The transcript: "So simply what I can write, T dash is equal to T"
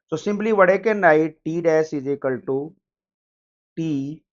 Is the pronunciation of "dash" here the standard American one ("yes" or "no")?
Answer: no